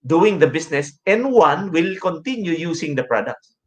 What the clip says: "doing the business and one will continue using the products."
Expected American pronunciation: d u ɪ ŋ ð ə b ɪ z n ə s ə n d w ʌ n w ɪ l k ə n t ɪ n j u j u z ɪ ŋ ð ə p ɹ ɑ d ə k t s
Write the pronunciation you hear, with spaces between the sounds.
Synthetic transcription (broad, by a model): d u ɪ ŋ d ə b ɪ s n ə s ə n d w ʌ n w ɪ l k ə n t ɪ n j u j u s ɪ ŋ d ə p ɹ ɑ d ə k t s